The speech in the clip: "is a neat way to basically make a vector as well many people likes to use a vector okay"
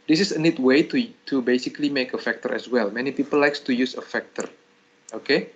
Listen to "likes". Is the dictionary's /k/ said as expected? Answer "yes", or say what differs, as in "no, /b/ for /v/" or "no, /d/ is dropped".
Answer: yes